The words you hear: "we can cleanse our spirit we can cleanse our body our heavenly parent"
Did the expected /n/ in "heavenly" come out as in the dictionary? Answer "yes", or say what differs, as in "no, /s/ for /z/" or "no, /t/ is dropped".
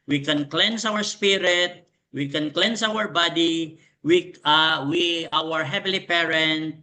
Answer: no, /n/ is dropped